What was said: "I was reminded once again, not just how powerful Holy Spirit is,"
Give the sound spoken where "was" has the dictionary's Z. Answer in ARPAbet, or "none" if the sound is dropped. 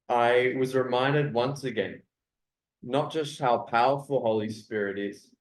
Z